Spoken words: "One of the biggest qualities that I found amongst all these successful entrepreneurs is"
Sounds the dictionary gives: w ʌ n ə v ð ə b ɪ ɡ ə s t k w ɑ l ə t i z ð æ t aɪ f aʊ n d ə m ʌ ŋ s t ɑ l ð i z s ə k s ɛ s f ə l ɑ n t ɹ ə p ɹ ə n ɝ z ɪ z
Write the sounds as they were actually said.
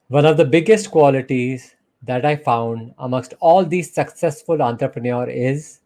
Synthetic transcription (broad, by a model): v ʌ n ə v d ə b ɪ ɡ ə s t k w ɑ l ə t i z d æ t aɪ f aʊ n d ə m ʌ ŋ s t ɑ l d i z s ə k s ɛ s f ə l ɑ n t ɹ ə p ɹ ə n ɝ ɪ z